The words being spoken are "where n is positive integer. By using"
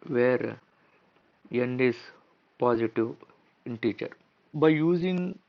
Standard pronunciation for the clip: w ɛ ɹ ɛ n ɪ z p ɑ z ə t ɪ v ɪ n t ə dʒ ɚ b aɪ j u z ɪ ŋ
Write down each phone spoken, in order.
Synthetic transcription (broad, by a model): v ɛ ɹ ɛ n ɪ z p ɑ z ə t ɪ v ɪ n t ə tʃ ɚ b aɪ j u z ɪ ŋ